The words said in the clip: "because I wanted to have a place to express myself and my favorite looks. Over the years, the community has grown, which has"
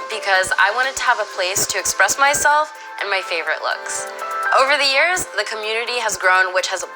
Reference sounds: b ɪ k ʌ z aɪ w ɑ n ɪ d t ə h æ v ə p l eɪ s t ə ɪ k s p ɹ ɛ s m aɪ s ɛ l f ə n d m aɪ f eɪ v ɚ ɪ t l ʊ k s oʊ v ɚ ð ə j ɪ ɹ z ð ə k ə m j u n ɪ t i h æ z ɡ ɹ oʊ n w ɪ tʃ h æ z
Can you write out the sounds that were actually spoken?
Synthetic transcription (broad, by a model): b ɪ k ʌ z aɪ w ɑ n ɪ d t ə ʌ v ə p l eɪ s t ɪ k s p ɹ ɛ s m aɪ s ɛ l f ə n m aɪ f eɪ v ɚ ɪ t l ʊ k s oʊ v ɚ ð ə j ɪ ɹ z ð ə k ə m j u n ɪ t i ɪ z ɡ ɹ oʊ n w ɪ tʃ h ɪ z